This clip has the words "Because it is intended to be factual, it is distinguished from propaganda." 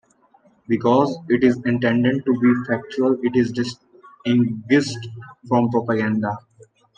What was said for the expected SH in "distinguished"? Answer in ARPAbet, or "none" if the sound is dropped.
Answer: S